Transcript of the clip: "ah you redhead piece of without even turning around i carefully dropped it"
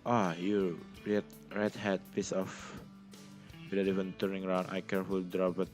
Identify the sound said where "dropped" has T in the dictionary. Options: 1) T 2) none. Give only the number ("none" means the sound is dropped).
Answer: 2